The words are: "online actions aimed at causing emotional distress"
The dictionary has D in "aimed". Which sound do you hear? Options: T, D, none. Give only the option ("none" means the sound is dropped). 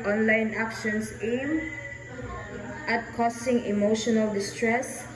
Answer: none